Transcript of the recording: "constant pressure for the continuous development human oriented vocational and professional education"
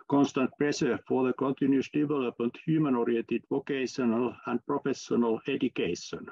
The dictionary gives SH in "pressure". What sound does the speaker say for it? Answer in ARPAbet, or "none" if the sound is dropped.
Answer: S